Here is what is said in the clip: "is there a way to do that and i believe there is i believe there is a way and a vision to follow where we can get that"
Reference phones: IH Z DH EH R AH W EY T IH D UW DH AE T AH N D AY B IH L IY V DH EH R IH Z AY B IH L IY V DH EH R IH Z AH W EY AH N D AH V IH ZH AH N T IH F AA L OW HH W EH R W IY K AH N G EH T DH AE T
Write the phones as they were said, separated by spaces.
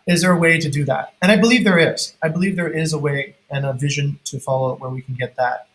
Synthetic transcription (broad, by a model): IH Z DH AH R AH W EY T IH D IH DH AE T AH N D AY B IH L IY V DH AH R IH Z AY B IH L IY V DH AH R IH Z AH W EY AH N AH V IH ZH AH N T IH F AA L OW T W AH R W IY K N G EH T DH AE T